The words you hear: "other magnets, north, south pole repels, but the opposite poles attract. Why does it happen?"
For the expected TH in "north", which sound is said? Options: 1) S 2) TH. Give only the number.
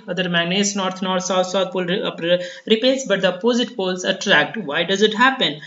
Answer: 1